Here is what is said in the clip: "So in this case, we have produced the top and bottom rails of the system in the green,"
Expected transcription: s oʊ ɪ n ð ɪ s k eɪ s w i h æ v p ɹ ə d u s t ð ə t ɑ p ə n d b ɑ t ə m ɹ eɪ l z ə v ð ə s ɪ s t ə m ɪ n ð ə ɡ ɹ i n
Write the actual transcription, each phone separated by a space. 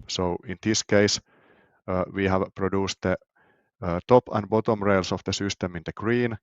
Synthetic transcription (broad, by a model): s oʊ ɪ n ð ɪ s k eɪ s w i h æ v p ɹ ə d u s t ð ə t ɑ p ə n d b ɑ t ə m ɹ eɪ l s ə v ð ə s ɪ s t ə m ɪ n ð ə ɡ ɹ i n